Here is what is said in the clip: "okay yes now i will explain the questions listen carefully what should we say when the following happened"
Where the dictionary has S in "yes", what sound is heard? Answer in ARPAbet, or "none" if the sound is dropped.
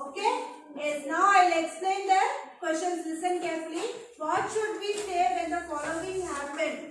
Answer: none